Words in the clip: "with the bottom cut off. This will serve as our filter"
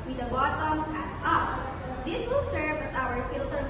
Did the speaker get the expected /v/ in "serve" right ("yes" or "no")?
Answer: no